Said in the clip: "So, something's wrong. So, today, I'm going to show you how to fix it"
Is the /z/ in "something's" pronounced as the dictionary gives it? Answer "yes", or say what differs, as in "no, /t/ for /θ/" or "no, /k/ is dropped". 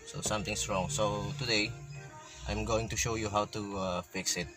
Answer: no, /s/ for /z/